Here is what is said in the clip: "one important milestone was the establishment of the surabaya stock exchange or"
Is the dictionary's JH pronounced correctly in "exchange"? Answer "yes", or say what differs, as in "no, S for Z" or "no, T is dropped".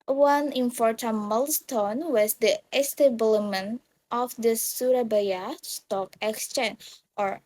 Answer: no, JH is dropped